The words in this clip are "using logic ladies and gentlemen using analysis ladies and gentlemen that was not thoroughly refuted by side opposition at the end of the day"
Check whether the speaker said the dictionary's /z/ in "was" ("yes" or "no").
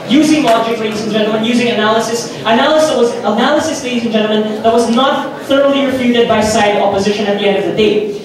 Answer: yes